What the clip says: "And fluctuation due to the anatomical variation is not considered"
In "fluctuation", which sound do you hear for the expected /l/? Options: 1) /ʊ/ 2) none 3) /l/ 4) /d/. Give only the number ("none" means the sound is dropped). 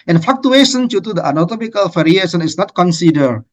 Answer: 2